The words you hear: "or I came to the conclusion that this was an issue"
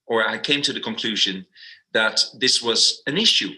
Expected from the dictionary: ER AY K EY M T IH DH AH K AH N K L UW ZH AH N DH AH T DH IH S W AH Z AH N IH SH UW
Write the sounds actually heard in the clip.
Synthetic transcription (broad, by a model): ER AY K EY M T IH DH AH K AH N K L UW ZH AH N DH AH T DH IH S W AH Z AH N IH SH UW